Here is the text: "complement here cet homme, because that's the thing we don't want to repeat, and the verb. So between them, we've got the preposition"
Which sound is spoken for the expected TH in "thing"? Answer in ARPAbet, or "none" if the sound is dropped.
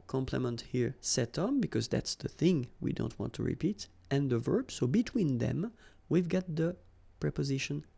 TH